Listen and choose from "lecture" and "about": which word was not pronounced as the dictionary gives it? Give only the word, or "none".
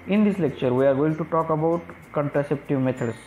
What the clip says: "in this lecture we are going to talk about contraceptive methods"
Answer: none